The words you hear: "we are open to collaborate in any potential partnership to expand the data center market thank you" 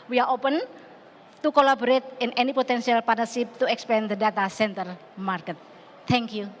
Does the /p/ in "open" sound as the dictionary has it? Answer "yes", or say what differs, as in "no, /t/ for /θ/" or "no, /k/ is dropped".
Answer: yes